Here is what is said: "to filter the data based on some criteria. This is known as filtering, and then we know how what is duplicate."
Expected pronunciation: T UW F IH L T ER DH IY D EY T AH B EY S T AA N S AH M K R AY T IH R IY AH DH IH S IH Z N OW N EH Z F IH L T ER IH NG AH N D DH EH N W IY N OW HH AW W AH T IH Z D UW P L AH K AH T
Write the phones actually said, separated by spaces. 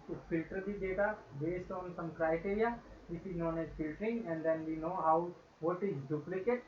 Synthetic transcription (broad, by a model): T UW F IH L T ER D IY D EY T AH B EY S T AA N S AH M K R AY T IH R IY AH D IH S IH N OW N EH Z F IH L T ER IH NG AH N D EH N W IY N OW HH AW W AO T IH Z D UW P L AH K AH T